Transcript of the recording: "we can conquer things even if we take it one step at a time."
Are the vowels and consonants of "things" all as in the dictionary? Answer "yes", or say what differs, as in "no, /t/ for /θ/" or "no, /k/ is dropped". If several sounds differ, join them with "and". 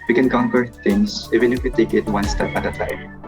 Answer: no, /t/ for /θ/